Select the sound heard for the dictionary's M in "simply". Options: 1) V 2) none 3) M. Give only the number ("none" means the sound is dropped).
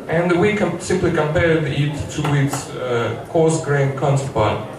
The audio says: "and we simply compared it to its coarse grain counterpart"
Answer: 3